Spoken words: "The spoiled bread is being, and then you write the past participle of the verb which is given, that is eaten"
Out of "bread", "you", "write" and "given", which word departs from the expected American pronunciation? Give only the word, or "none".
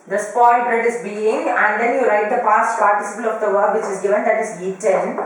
none